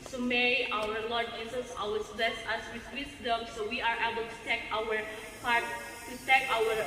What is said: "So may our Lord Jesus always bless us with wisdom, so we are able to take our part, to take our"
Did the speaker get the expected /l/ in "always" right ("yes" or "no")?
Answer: no